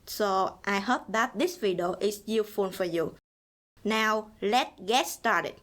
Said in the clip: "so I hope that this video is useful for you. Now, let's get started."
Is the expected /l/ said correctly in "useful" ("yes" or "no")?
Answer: no